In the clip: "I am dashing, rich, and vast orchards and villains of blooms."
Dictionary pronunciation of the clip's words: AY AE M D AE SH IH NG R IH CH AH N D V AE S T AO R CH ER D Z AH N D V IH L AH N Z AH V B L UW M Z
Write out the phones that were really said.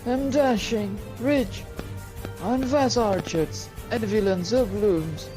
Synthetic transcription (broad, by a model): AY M D AE SH IH NG R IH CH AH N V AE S AO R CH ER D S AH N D V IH L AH N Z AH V B L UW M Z